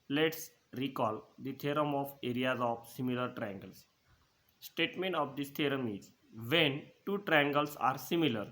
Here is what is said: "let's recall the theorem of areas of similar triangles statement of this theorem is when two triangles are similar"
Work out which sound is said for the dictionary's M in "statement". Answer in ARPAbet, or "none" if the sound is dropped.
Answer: M